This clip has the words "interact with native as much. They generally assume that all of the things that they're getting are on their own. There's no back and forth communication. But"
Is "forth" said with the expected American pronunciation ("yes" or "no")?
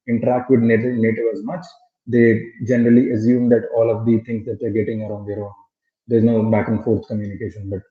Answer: no